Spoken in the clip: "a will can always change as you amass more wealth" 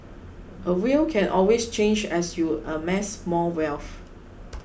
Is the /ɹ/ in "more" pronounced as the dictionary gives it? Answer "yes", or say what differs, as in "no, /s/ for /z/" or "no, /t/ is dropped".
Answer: no, /l/ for /ɹ/